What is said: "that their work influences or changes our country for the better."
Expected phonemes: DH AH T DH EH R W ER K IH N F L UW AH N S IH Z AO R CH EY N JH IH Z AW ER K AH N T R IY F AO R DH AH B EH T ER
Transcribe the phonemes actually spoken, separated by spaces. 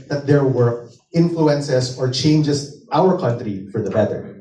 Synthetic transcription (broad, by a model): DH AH T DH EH R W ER IH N F L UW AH N S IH S AO R CH EY N JH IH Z AW ER K AH N T R IY F AO R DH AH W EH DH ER